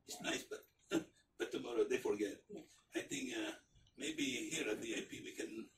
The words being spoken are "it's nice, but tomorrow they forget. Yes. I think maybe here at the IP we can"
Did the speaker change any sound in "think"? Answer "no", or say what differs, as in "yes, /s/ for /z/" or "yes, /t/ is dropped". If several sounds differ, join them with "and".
yes, /t/ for /θ/